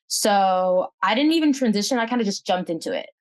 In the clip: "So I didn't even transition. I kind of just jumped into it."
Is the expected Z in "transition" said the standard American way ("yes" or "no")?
yes